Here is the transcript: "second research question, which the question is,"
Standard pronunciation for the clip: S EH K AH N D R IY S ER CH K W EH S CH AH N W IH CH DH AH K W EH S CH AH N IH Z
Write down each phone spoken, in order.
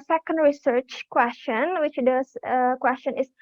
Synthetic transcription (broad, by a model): S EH K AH N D R IY S ER CH K W EH S CH AH N W IH CH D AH K W EH S CH AH N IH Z